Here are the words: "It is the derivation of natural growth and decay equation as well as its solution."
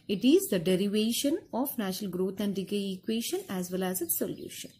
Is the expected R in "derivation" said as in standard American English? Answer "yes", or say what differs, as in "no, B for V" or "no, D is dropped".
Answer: yes